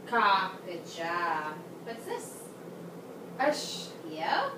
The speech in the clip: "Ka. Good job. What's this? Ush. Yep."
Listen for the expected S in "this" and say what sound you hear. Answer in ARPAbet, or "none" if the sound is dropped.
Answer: S